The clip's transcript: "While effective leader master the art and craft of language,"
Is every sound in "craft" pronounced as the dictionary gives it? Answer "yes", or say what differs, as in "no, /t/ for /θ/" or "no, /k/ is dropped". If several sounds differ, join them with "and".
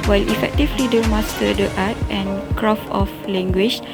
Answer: no, /t/ is dropped